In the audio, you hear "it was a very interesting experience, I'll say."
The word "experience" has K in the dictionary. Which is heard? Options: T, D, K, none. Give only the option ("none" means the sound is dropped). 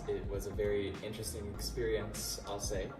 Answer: K